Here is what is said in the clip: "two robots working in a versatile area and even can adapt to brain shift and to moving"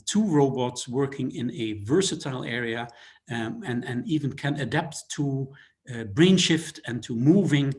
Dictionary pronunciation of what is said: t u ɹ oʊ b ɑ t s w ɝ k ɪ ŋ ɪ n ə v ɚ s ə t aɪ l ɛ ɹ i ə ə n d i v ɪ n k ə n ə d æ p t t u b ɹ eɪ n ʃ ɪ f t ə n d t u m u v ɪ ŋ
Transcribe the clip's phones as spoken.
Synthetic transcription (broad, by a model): t u ɹ oʊ b ɑ t s w ɝ k ɪ ŋ ɪ n ə v ɚ s ə t aɪ l ɛ ɹ i ə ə n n i v ɪ n k ə n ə d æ p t t u b ɹ eɪ n ʃ ɪ f t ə n t u m u v ɪ ŋ